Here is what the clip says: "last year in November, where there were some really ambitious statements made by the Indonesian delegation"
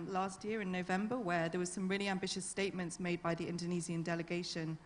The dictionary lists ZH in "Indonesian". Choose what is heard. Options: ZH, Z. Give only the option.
Z